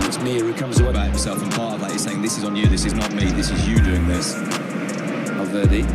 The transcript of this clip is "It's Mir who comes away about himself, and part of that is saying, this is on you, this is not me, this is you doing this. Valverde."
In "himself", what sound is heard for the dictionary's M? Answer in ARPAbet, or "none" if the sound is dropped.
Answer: none